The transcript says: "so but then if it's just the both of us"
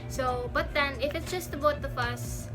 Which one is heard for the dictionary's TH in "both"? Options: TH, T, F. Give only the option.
T